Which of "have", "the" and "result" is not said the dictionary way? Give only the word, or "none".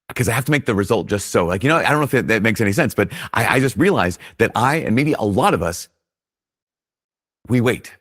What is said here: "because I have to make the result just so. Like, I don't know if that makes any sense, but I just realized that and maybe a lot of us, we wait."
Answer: have